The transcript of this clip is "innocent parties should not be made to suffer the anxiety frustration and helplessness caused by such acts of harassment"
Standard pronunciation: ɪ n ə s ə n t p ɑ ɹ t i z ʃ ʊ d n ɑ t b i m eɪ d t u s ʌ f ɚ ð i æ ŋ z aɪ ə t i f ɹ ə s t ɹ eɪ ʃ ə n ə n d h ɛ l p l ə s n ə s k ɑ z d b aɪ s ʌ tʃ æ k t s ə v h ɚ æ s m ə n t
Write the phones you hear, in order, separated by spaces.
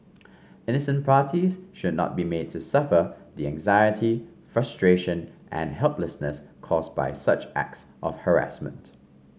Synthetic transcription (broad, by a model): ɪ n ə s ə n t p ɑ t i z ʃ ʊ d n ɑ t b i m eɪ d t u s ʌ f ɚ ð i æ ŋ z aɪ ə t i f ɹ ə s t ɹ eɪ ʃ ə n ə n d h ɛ l p l ə s n ə s k ɑ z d b aɪ s ʌ tʃ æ k t s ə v h ɚ æ s m ə n t